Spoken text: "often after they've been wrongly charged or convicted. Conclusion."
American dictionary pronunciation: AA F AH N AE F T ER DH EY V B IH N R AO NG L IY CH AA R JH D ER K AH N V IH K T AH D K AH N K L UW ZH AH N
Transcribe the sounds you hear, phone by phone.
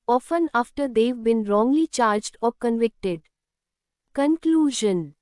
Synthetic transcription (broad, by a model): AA F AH N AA F T ER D EY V B IH N R AO NG L IY CH AA R JH D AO K AH N V IH K T AH D K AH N K L UW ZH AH N